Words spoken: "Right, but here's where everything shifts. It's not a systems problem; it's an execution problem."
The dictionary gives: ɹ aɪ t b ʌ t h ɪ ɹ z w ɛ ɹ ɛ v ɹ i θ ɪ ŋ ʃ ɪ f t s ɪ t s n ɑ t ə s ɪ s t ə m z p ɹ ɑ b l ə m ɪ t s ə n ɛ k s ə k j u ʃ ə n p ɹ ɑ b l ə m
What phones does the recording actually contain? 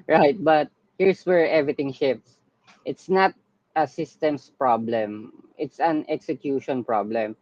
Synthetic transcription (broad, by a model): ɹ aɪ t b ʌ t h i ɹ s w ɛ ɹ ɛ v ɹ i t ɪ ŋ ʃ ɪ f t s ɪ t s n ɑ t ə s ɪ s t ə m s p ɹ ɑ b l ə m ɪ t s ə n ɛ k s ə k j u ʃ ə n p ɹ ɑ b l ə m